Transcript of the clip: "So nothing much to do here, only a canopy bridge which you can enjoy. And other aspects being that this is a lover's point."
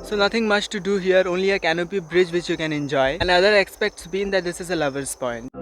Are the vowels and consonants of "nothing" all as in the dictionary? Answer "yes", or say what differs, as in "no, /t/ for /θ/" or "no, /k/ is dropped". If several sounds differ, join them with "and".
no, /t/ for /θ/